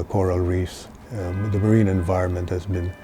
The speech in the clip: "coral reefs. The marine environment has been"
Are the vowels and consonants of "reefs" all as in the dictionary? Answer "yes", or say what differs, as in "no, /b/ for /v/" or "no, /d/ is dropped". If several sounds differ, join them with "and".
no, /f/ is dropped